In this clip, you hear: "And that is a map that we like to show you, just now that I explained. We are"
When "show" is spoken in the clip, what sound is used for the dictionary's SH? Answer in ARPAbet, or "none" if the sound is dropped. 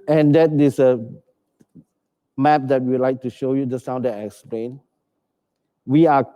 SH